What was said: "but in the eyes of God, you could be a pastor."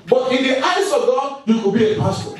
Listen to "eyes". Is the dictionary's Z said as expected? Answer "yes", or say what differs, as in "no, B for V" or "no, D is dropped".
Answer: no, S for Z